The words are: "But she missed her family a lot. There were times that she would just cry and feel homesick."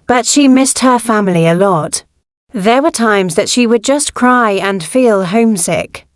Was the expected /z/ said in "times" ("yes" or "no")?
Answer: yes